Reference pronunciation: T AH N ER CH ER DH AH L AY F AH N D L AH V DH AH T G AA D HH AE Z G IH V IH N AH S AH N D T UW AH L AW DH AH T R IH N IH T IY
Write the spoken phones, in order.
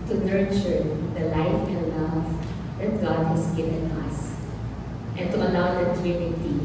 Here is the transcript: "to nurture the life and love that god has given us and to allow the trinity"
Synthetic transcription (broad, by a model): T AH N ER CH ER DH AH L AY F AH N D L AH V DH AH T G AA D HH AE S G IH V IH N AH S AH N T UW AH L AW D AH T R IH N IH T IY